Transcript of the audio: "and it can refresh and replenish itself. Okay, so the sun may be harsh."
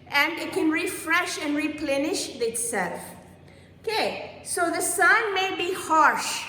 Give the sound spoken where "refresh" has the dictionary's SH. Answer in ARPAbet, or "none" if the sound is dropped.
SH